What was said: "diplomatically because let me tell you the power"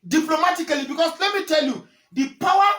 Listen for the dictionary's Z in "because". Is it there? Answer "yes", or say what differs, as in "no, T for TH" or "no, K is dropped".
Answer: no, S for Z